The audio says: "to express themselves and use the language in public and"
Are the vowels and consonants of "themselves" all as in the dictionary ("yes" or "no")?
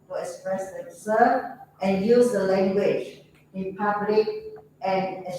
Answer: no